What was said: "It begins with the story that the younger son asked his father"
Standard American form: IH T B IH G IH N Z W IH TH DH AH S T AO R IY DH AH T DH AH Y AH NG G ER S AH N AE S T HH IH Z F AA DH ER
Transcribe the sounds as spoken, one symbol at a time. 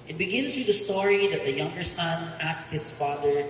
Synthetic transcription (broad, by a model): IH T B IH G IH N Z W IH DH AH S T AO R IY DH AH T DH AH Y AH NG G ER S AH N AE S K HH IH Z F AA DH ER